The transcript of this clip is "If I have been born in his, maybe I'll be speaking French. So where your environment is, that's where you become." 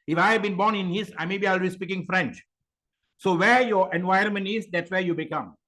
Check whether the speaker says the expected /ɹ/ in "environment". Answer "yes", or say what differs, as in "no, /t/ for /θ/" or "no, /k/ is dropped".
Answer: no, /ɹ/ is dropped